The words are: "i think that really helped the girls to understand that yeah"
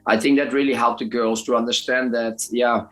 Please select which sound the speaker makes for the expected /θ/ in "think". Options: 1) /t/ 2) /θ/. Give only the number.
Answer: 2